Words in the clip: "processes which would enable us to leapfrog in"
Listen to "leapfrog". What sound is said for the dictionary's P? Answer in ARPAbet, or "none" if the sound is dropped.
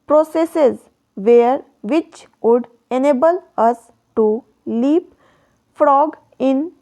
P